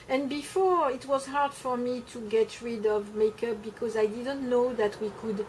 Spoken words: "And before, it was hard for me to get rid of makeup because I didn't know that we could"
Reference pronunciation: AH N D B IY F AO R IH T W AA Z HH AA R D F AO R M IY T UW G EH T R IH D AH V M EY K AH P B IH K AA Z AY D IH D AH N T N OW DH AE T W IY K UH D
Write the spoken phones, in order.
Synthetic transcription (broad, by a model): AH N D B IY F AO R IH T W AA Z HH AA R D F AO R M IY T UW G EH T R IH D AH V M EY K AH P B IH K AA Z AY D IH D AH N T N OW DH AE T W IY K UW D